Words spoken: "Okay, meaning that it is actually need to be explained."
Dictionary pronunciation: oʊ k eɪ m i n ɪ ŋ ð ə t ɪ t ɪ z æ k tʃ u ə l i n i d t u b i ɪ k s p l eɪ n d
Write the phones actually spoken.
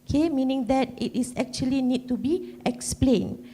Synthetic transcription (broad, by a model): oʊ k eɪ m i n ɪ ŋ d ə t ɪ t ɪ s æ k tʃ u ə l i n i d t u b i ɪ k s p l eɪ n